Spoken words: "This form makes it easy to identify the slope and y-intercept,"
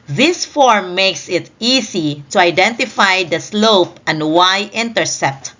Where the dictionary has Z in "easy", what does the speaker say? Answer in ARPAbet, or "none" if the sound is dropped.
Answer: S